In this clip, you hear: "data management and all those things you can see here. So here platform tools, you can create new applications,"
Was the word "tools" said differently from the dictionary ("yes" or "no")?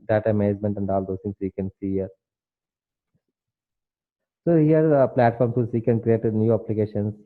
yes